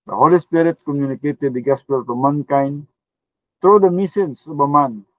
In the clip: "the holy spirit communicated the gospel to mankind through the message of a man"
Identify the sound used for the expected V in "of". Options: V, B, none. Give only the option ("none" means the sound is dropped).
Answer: B